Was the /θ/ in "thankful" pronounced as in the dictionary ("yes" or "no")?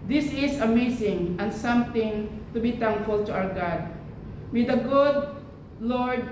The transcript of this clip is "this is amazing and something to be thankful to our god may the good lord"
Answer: no